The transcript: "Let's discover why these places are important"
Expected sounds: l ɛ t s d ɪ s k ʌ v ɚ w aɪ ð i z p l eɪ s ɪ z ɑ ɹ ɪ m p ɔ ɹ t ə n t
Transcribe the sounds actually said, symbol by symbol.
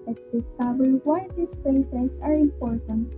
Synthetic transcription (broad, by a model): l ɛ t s d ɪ s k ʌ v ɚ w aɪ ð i s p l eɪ s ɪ s ɑ ɹ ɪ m p ɔ ɹ t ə n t